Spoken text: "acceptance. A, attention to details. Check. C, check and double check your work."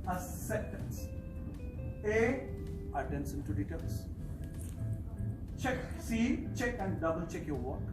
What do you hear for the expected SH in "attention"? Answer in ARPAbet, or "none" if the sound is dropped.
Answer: S